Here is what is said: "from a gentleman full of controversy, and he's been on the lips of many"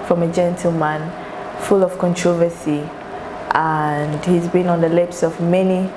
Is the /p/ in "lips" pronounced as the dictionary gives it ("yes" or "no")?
yes